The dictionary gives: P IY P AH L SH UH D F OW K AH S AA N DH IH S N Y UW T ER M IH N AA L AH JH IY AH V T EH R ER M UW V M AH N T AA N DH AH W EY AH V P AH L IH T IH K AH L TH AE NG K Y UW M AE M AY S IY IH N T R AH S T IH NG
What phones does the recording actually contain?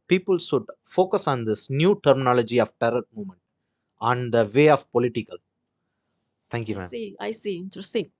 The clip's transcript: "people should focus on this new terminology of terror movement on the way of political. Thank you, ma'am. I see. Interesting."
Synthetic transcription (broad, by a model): P IY P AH L S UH D F OW K AH S AA N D IH S N Y UW T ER M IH N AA L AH JH IY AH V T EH R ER M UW M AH N T AA N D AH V EY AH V P AH L IH T IH K AH L T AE NG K Y UW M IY AY S IY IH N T R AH S T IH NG